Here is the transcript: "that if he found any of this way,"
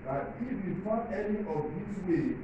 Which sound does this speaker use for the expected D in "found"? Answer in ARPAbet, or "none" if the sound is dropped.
none